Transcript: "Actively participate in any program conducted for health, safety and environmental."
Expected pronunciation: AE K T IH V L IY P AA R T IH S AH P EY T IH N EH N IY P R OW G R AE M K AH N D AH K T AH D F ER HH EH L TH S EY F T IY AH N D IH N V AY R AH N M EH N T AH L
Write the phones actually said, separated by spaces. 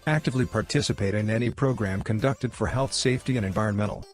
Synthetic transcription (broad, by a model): AE K T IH V L IY P AA R T IH S AH P EY T IH N EH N IY P R OW G R AE M K AH N D AH K T AH D F ER HH EH L TH S EY F T IY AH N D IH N V AY R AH N M EH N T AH L